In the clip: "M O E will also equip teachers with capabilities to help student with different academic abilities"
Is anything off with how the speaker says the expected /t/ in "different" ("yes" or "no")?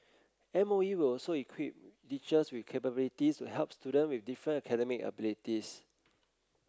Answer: yes